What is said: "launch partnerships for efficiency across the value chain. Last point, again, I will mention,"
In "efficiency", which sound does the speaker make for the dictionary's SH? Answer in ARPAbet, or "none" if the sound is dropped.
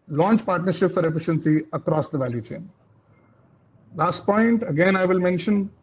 SH